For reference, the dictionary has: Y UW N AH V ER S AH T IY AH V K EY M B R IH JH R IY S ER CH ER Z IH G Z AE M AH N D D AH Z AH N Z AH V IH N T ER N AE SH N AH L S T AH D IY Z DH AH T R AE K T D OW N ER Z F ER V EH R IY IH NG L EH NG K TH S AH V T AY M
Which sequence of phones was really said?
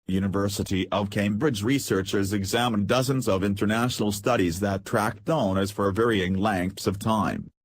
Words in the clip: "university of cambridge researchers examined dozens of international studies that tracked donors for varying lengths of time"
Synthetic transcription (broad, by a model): Y UW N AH V ER S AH T IY AH V K EY M B R IH JH R IY S ER CH ER Z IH G Z AE M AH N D D AH Z AH N Z AH V IH N T ER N AE SH N L S T AH D IY Z DH AH T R AE K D OW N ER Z F ER V EH R IY IH NG L EH NG K TH S AH V T AY M